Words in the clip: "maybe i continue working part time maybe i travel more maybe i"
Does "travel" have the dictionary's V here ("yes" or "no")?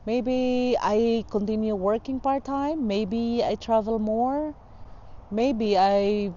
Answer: yes